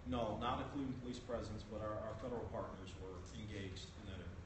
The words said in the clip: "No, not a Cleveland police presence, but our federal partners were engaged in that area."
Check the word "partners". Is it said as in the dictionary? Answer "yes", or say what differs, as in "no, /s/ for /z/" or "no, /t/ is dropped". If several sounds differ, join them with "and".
yes